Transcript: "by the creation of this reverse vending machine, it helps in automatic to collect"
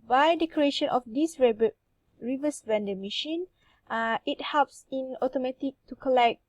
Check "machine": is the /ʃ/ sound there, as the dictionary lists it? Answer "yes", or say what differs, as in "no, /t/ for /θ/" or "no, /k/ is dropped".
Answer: yes